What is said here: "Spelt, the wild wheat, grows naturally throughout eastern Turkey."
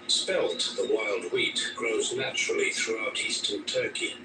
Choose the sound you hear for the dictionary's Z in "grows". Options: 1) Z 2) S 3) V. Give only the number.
1